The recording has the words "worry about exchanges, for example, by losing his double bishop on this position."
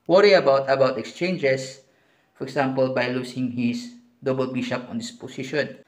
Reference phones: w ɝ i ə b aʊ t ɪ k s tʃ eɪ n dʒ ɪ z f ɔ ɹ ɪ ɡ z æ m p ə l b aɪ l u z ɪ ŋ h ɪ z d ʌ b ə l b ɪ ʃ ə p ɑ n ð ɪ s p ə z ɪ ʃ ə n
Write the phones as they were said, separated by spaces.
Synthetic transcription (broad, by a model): w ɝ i ə b aʊ t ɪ k s tʃ eɪ n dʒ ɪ s f ɔ ɹ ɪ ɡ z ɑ m p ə l b aɪ l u s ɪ ŋ h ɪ s d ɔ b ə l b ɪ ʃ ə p ɑ n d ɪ s p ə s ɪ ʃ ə n